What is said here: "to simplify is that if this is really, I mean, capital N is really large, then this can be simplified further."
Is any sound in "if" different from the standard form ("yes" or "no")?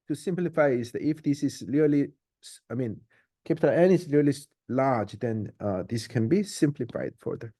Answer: no